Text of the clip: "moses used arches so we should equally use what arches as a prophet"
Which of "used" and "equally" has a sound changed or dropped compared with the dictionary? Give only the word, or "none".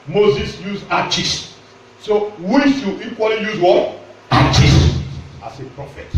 used